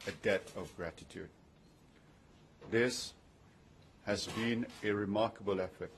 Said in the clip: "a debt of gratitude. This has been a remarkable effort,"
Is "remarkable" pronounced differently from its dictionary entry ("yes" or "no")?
no